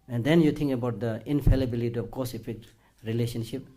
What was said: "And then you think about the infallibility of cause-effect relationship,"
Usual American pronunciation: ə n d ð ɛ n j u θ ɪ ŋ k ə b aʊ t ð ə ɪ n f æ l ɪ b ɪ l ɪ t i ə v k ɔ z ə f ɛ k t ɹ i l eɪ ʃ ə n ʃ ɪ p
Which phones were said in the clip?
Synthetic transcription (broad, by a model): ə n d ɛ n j u t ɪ ŋ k ə b aʊ t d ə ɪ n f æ l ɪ b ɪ l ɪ t i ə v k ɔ s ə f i k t ɹ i l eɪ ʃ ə n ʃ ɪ p